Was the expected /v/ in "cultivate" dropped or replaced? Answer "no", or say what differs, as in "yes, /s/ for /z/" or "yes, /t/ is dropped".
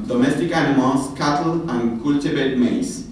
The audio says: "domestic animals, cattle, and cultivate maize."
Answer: yes, /b/ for /v/